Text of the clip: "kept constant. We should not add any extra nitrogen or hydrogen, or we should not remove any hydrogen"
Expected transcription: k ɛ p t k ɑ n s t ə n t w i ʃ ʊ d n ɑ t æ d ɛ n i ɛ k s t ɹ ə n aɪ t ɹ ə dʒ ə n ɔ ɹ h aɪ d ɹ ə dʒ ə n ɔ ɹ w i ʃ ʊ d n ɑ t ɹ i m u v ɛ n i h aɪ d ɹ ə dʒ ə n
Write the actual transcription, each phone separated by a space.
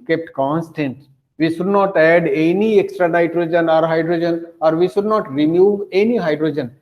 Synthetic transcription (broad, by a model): k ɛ p t k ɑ n s t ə n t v i ʃ ʊ d n ɑ t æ d ɛ n i ɛ k s t ɹ ə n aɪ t ɹ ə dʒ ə n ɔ ɹ h aɪ d ɹ ə dʒ ə n ɔ ɹ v i ʃ ʊ d n ɑ t ɹ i m u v ɛ n i h aɪ d ɹ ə dʒ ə n